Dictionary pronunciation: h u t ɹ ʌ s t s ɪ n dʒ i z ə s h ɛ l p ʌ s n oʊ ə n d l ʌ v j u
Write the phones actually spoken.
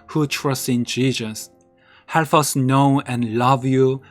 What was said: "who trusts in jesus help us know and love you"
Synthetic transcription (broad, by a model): h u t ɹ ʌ s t ɪ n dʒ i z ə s h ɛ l f ʌ s n oʊ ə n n l ʌ v j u